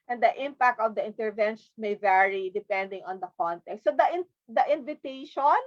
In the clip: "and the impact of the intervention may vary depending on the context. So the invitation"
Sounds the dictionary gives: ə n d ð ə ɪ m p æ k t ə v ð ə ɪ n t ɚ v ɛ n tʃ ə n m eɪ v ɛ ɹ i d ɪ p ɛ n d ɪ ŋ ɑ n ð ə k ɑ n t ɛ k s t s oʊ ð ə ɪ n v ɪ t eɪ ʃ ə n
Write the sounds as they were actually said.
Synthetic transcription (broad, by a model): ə n d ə ɪ m p æ k t ə v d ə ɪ n t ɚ v ɛ n ʃ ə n m eɪ v ɛ ɹ i d ɪ p ɛ n d ɪ ŋ ɑ n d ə k ɑ n t ɛ k s t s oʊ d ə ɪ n v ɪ t eɪ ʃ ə n